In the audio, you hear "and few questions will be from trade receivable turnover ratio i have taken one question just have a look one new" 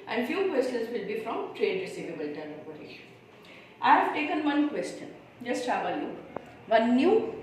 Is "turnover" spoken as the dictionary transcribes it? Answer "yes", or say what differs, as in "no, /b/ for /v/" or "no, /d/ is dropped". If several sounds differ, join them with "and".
no, /p/ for /v/